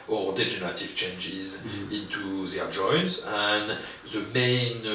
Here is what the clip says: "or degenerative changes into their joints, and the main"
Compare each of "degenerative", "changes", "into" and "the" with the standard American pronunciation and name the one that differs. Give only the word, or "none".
none